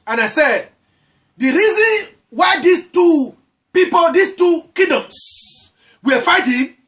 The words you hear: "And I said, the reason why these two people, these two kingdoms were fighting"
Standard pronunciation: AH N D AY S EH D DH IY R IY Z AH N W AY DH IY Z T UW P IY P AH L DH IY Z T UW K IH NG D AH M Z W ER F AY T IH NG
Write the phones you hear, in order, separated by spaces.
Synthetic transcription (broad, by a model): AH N AY S EH D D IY R IY Z AH N W AY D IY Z T UW P IY P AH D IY S T UW K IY D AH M S W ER F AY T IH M